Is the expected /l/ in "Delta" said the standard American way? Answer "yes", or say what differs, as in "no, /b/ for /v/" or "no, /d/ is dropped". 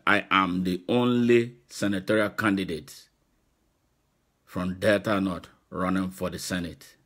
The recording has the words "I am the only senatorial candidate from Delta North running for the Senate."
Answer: no, /l/ is dropped